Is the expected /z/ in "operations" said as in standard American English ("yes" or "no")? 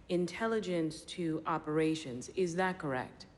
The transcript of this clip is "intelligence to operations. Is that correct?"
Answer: yes